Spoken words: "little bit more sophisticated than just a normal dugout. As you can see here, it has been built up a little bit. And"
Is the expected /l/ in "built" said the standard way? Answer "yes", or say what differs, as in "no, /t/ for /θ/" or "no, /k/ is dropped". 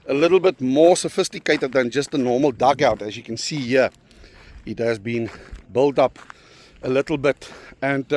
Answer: yes